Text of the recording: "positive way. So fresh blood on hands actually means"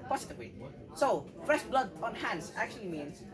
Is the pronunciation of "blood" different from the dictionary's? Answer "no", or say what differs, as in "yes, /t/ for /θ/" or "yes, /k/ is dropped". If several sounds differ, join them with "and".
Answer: no